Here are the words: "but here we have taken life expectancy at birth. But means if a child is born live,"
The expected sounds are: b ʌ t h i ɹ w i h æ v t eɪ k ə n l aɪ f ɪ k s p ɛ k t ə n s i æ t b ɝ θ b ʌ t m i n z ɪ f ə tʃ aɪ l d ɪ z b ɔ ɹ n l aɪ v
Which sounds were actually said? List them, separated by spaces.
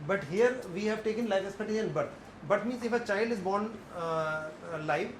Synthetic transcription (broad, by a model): b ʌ t h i ɹ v i h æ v t eɪ k ə n l aɪ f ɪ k s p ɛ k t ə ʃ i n b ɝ t b ʌ t m i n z ɪ f ə tʃ aɪ l d ɪ z b ɔ ɹ n l aɪ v